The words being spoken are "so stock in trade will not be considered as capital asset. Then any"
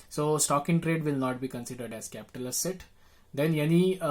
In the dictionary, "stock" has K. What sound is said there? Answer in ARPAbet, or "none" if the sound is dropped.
K